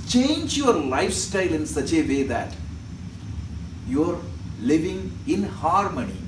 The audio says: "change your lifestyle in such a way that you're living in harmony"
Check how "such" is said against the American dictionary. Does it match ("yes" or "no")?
yes